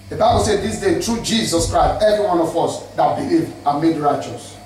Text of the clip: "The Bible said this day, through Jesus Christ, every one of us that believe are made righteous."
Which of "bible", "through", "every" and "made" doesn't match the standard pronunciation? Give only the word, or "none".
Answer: through